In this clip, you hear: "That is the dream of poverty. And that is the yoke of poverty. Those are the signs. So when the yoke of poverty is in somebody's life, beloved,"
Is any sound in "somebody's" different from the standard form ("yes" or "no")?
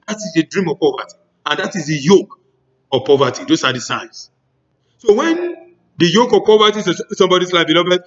yes